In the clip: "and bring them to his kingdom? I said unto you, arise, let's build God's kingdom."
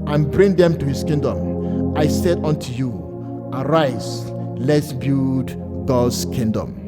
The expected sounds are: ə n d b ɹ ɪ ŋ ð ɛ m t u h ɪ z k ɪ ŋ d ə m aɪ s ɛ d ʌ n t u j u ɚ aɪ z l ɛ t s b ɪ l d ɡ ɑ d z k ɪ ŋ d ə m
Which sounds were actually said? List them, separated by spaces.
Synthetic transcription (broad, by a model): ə n b ɹ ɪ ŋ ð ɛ m t u h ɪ s k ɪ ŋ d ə m aɪ s ɛ d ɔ n t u j u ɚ aɪ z l ɛ t s b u d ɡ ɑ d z k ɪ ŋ d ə m